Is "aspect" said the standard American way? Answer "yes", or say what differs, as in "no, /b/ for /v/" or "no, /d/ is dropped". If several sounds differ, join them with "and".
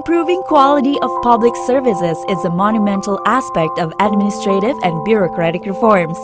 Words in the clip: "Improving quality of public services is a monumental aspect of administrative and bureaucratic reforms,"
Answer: yes